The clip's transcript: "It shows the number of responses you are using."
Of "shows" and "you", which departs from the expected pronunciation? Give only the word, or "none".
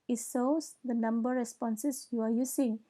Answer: shows